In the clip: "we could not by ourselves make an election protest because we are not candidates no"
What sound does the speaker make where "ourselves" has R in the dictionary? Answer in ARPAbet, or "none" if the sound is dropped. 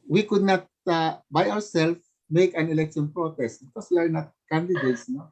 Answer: W